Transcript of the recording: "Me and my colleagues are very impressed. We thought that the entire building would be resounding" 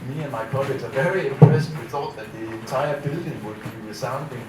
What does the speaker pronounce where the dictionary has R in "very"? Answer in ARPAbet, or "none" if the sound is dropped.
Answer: R